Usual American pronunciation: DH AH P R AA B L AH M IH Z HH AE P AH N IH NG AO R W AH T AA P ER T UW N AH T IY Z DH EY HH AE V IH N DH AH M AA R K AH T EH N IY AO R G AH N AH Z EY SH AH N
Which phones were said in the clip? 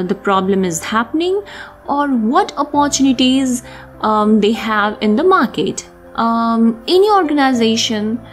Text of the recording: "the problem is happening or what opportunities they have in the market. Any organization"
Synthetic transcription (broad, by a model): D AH P R AA B L AH M IH Z HH AE P AH N IH NG AO R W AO T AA P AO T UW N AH T IY Z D EY HH AE V IH N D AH M AA R K AH T EH N IY AO R G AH N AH Z EY SH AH N